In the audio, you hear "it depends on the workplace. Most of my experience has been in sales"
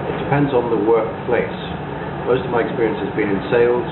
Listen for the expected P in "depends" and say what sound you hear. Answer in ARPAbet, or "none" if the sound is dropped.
P